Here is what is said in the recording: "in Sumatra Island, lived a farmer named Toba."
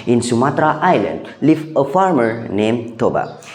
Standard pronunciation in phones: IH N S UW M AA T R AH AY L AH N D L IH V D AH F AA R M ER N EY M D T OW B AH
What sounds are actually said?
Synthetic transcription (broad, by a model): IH N S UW M AA T R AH AY L AH N D L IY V AH F AA R M ER N EY M T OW B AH